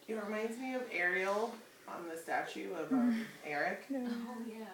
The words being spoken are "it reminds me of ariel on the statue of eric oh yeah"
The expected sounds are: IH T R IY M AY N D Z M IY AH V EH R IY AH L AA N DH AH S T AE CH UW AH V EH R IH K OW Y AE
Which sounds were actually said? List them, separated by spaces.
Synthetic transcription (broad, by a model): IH T R IY M AY N D Z M IY AH V EH R IY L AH N DH AH S T AE CH UW AH V EH R IH K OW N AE